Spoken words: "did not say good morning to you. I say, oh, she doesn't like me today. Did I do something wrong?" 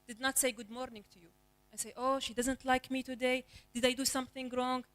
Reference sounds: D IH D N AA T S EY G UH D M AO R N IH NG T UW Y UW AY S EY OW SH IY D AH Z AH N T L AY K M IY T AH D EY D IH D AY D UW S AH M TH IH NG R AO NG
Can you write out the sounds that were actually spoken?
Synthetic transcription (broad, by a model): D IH D N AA T S EY G UH D M AO R N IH NG T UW Y UW AY S EY OW SH IY D AH Z AH N T L AY K M IY T AH D EY D IH D AY D UW S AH M TH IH NG R AO NG